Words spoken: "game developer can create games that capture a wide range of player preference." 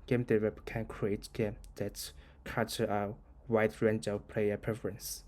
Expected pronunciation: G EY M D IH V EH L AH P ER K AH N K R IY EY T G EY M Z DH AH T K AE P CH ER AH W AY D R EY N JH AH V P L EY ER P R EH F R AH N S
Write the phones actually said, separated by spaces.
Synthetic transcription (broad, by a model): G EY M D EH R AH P K AH N K R IY EY T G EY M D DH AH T K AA CH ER AH W AY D R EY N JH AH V P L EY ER P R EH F R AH N S